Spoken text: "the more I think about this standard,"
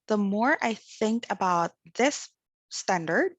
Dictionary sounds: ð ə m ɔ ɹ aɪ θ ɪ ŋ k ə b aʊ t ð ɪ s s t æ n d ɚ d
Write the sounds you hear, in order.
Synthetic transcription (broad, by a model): ð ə m ɔ ɹ aɪ θ ɪ ŋ k ə b aʊ t ð ɪ s s t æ n d ɚ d